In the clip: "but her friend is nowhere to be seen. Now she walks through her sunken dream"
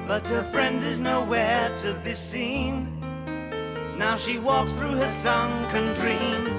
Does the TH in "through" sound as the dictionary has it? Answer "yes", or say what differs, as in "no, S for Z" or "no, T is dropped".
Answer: yes